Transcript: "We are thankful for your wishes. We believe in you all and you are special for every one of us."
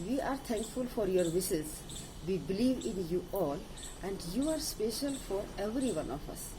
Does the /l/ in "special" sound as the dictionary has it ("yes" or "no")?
yes